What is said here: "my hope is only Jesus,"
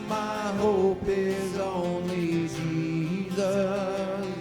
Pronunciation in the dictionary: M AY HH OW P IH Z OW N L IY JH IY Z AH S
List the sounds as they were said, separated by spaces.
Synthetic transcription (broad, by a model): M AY HH OW P IH Z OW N IY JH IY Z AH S